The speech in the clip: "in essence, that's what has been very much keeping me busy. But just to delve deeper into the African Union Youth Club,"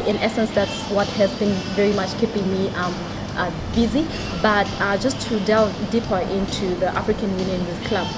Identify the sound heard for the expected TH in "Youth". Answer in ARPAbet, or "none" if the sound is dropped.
S